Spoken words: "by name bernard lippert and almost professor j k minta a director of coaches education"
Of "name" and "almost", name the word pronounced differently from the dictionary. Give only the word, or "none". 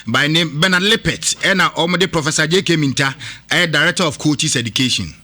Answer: almost